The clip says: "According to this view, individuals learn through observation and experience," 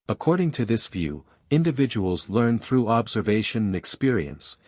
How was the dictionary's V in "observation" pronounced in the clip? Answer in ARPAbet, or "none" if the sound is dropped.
V